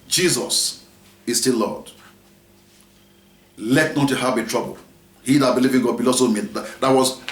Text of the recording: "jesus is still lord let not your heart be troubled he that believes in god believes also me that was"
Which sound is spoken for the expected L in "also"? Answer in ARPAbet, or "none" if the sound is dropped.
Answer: none